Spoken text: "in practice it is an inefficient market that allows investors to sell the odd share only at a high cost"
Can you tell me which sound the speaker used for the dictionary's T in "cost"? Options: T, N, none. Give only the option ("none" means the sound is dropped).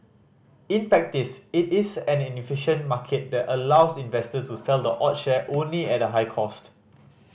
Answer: T